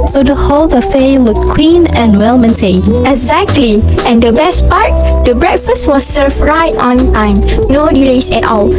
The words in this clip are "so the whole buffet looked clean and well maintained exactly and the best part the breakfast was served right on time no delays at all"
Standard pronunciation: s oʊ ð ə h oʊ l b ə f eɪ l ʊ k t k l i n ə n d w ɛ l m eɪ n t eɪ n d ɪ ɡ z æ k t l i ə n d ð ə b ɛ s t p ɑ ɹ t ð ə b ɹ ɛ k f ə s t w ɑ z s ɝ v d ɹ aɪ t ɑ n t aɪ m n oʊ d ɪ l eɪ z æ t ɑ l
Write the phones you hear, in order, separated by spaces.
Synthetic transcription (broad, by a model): s oʊ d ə h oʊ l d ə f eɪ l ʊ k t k w i n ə n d w ɛ l m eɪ n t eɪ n ɪ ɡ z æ k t l i ə n d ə b ɛ s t p ɑ ɹ t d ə b ɹ ɛ k f ə s t w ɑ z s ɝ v ɹ aɪ t ɑ n t aɪ m n oʊ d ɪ l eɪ s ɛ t ɑ l